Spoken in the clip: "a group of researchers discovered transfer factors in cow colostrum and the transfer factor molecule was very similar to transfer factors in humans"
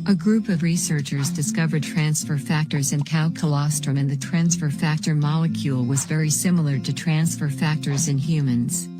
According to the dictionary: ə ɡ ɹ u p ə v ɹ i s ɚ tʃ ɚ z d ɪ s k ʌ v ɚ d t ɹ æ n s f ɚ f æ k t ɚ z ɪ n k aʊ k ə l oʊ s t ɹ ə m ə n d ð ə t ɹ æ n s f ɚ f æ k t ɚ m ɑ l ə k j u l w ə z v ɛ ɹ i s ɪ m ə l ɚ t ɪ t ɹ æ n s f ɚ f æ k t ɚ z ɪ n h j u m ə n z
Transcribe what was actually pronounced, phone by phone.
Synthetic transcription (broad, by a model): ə ɡ ɹ u p ə v ɹ i s ɚ tʃ ɚ z d ɪ s k ʌ v ɚ d t ɹ æ n s f ɚ f æ k t ɚ z ɪ n k aʊ k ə l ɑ s t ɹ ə m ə n ð ə t ɹ æ n s f ɚ f æ k t ɚ m ɑ l ə k j u l w ə z v ɛ ɹ i s ɪ m l ɚ t ɪ t ɹ æ n s f ɚ f æ k t ɚ z ɪ n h j u m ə n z